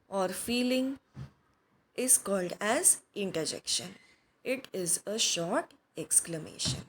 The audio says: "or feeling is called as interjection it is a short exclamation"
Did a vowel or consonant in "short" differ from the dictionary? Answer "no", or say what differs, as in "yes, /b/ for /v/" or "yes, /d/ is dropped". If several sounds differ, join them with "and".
no